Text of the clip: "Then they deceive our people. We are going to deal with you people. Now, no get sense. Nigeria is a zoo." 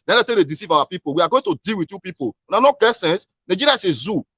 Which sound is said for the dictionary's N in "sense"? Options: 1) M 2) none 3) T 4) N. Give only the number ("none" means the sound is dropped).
4